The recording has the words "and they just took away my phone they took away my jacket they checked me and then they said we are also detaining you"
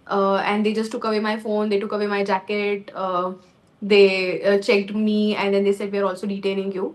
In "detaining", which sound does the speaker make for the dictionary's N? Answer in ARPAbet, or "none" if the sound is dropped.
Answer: L